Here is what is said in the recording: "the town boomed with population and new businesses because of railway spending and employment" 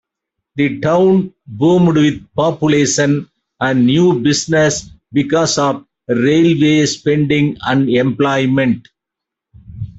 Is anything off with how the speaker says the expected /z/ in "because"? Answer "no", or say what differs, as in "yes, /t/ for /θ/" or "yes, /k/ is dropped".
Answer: yes, /s/ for /z/